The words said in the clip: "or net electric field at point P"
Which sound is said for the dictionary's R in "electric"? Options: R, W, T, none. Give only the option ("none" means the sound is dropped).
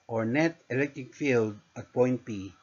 none